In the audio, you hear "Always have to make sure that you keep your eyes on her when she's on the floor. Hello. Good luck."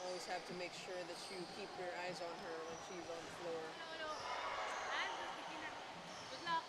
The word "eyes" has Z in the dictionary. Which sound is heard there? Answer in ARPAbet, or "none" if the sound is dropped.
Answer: Z